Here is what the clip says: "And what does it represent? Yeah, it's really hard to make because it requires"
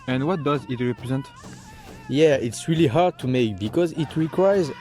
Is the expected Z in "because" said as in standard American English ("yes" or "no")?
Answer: yes